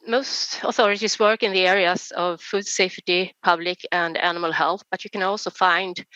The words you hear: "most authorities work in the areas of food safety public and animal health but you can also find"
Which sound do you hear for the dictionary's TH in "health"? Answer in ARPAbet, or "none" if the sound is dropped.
TH